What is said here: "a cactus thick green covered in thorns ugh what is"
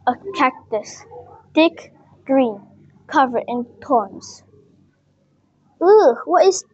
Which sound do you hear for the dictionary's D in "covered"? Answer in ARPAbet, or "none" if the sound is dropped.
none